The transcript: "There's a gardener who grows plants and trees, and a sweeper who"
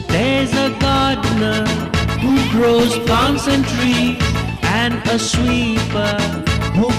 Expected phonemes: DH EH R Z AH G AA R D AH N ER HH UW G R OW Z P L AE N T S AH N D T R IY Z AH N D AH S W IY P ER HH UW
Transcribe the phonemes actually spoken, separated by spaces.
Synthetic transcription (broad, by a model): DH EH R Z AH G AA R D N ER HH UW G R OW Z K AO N S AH N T R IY AH N D AH S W IY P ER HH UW